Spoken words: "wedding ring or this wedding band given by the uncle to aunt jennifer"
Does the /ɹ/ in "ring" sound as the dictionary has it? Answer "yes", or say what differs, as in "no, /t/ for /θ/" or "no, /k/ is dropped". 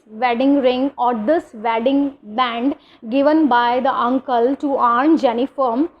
yes